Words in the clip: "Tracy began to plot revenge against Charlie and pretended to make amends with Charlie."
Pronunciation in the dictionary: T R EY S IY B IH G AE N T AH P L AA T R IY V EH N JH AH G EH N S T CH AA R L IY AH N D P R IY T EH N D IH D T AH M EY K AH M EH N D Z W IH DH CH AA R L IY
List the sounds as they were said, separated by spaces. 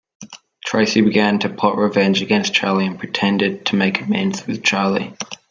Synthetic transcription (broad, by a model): T R EY S IY B IH G AE N T AH P AA T R IY V EH N JH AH G EH N S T CH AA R L IY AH N P R IY T EH N D IH D T AH M EY K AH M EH N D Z W IH DH CH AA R L IY